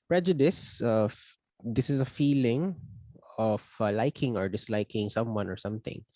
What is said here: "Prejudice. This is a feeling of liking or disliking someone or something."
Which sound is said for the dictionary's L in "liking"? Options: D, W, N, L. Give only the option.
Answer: L